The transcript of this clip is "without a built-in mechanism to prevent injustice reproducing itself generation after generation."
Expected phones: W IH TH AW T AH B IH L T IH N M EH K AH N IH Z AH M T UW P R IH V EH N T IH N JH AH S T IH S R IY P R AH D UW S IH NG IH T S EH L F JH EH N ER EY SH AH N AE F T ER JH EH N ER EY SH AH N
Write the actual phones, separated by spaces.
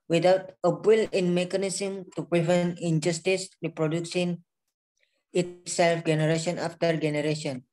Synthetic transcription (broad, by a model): W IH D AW T AH B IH L IH N M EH K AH N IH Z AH M T UW P R IH V EH N T IH N JH AH S T IH S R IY P R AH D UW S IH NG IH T S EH L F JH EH N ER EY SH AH N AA F T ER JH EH N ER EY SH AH N